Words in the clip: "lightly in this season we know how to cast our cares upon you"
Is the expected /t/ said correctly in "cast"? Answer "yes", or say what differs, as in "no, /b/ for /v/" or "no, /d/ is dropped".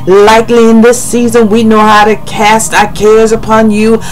yes